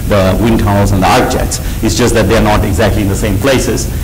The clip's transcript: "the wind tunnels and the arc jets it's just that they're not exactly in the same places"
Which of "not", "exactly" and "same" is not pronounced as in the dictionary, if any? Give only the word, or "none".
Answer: none